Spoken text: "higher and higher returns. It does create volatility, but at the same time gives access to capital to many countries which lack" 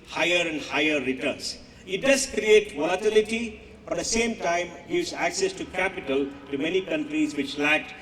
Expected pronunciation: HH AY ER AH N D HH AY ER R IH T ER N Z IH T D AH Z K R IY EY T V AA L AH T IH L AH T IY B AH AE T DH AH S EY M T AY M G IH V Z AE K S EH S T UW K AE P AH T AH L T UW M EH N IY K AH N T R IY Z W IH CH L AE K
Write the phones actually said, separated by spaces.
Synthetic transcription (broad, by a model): HH AY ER AH N D HH AY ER R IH T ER N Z IH T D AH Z K R IY EY T V AA L AH T IH L AH T IY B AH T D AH S EY M T AY M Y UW Z AE K S EH S T UW K AE P AH T AH L T UW M EH N IY K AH N T R IY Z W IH CH L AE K